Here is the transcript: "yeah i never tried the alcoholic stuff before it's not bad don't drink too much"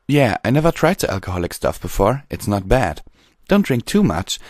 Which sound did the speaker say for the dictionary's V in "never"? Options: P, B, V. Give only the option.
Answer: V